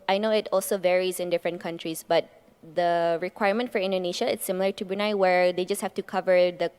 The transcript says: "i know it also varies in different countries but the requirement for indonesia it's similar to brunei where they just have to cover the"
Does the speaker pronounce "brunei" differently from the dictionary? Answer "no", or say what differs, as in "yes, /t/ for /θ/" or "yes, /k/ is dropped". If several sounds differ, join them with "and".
yes, /ɹ/ is dropped